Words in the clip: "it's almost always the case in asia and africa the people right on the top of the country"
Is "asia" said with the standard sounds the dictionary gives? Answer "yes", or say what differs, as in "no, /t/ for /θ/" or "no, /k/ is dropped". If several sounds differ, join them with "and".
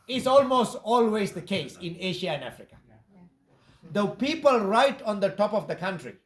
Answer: no, /ʃ/ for /ʒ/